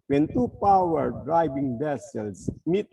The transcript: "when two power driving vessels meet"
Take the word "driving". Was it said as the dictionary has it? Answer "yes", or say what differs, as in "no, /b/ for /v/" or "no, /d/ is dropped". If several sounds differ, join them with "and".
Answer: no, /b/ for /v/